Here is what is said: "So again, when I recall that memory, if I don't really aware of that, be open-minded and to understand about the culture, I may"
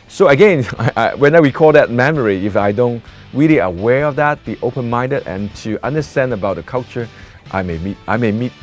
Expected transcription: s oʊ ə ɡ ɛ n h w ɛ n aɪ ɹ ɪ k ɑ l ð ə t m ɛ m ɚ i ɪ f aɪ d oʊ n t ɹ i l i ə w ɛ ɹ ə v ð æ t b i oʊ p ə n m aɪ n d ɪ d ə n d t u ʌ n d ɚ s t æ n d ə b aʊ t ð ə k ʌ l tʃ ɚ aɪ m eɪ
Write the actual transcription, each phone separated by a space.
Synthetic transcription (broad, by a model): s oʊ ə ɡ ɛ n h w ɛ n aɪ w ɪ k ɑ l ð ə t m ɛ m ɚ i ɪ f aɪ d oʊ n t ɹ i l i ə w ɛ ɹ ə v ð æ t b i oʊ p ə n m aɪ n d ɪ d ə n t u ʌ n d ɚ s t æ n d ə b aʊ t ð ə k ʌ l tʃ ɚ aɪ m eɪ